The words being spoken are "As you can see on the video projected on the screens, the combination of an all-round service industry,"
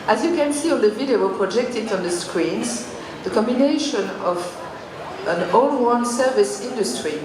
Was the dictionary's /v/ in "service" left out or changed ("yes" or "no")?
no